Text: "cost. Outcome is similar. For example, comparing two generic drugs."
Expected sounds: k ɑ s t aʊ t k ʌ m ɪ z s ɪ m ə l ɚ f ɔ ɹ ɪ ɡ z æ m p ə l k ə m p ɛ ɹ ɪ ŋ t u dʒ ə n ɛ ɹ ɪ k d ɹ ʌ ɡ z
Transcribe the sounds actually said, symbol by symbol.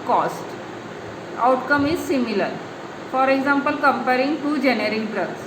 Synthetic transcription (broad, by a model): k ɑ s t aʊ t k ʌ m ɪ z s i m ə l ɚ f ɔ ɹ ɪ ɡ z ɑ m p ə l k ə m p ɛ ɹ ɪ ŋ t u dʒ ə n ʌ ɹ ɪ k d ɹ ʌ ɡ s